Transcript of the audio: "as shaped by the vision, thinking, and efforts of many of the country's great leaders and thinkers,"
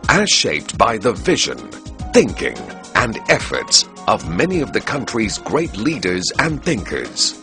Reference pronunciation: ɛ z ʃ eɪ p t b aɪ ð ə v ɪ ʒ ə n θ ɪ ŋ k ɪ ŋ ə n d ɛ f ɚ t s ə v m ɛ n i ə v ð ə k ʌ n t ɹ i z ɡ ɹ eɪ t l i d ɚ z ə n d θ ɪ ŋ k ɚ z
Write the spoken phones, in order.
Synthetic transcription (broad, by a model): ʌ ʃ eɪ p t b aɪ ð ə v ɪ ʒ ə n θ ɪ ŋ k ɪ ŋ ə n ɛ f ɚ t s ə v m ɛ n i ə v ð ə k ʌ n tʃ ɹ i z ɡ ɹ eɪ t l i d ɚ z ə n θ ɪ ŋ k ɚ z